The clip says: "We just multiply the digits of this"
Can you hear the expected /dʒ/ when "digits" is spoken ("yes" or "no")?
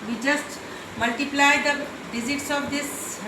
no